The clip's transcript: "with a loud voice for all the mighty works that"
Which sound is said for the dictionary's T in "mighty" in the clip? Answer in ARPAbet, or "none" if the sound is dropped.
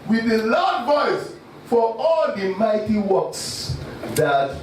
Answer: T